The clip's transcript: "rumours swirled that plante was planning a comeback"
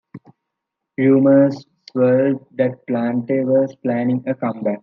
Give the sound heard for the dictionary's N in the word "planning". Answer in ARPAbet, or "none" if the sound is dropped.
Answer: N